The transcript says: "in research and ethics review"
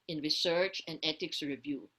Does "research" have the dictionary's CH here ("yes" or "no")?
yes